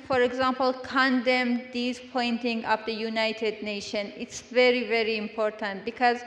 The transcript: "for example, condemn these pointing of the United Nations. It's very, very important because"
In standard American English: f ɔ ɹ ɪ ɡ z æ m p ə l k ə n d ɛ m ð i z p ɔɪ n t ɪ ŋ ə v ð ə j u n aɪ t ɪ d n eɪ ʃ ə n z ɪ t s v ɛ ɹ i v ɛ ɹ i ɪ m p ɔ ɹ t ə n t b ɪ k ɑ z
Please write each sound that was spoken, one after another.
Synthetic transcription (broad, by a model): f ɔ ɹ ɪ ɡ z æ m p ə l k ə n d ɛ m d i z p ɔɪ n t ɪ ŋ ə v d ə j u n aɪ t ɪ d n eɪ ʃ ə n ɪ t s v ɛ ɹ i v ɛ ɹ i ɪ m p ɔ ɹ t ə n t b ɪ k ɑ z